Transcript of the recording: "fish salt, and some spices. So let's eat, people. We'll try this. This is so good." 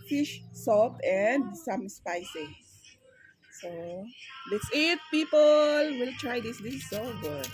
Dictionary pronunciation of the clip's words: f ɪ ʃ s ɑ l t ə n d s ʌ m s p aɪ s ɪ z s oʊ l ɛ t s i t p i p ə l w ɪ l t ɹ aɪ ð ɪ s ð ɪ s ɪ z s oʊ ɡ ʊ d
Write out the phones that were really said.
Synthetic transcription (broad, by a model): f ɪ ʃ s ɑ t ə n d s ʌ m s p aɪ s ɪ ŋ s oʊ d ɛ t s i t p i p ə l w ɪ l t ɹ aɪ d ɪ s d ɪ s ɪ s oʊ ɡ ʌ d